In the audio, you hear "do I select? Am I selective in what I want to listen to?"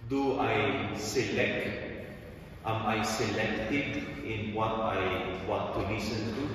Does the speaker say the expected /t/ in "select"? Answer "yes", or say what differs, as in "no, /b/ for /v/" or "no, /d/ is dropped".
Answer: yes